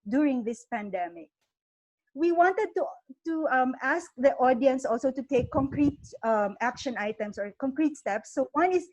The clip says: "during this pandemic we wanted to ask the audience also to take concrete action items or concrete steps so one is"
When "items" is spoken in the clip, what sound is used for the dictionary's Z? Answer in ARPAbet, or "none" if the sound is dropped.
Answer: S